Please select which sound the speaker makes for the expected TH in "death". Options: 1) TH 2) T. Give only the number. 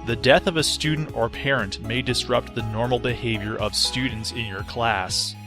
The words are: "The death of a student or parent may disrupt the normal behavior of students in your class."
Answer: 1